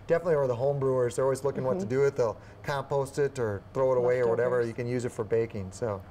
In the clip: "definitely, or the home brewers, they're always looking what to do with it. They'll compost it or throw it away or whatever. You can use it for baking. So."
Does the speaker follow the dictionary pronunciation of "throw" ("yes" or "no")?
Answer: yes